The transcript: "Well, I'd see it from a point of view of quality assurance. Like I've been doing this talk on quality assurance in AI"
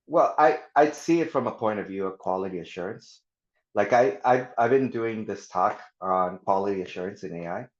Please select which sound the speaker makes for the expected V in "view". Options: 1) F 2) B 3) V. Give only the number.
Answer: 3